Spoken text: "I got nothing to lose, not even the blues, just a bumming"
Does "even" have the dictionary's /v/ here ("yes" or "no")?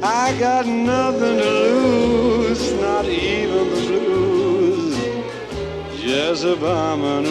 yes